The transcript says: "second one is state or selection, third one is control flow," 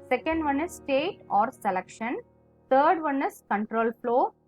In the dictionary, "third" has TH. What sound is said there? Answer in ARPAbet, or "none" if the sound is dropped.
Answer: T